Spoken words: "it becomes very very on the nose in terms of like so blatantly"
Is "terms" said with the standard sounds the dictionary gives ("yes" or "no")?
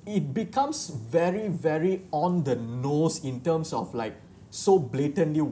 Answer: no